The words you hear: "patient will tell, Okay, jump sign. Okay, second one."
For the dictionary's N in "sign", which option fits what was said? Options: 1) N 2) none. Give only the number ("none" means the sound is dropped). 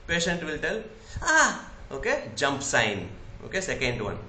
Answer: 1